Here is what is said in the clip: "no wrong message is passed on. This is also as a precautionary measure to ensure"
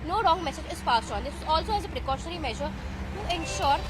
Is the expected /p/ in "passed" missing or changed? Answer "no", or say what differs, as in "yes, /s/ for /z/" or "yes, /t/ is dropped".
yes, /f/ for /p/